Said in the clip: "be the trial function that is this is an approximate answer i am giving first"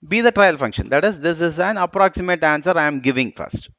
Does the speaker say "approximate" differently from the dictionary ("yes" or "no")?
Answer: no